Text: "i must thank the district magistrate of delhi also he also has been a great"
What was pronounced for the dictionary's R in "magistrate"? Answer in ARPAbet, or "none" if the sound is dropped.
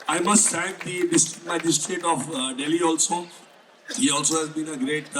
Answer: R